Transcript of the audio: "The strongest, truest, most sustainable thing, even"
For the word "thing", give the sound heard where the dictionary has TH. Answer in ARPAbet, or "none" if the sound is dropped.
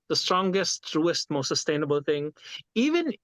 T